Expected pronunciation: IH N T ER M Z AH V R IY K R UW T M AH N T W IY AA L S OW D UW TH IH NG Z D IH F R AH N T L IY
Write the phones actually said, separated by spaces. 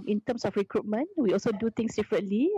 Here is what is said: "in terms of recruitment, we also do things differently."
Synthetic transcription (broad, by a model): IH N T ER M S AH F R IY K R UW T M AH N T W IY AA L S OW D UW T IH NG S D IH F R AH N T L IY